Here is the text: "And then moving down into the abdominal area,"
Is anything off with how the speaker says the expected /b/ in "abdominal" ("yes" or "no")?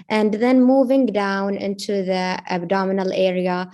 no